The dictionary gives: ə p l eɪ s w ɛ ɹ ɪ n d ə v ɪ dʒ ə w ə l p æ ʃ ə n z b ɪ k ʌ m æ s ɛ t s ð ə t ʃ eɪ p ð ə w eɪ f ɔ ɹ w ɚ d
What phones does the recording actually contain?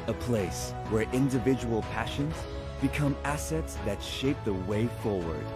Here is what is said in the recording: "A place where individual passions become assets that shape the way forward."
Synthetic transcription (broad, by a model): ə p l eɪ s w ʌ ɹ ɪ n d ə v ɪ dʒ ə w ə l p æ ʃ ə n z b ɪ k ʌ m æ s ɛ t s ð ə t ʃ eɪ p ð ə w eɪ f ɔ ɹ w ɚ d